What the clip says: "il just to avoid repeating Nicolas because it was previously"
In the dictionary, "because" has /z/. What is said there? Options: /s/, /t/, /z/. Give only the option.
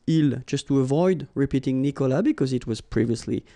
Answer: /z/